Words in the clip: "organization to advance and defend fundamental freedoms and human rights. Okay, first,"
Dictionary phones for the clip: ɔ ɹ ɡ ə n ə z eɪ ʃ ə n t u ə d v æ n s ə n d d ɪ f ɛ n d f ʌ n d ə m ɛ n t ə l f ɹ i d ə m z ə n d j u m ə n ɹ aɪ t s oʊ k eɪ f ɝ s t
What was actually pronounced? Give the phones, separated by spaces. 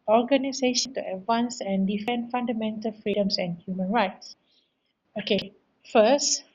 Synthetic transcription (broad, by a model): ɔ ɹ ɡ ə n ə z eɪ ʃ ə n t u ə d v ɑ n s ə n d d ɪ f ɛ n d f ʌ n d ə m ɛ n t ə l f ɹ i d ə m s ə n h j u m ə n ɹ aɪ t s oʊ k eɪ f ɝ s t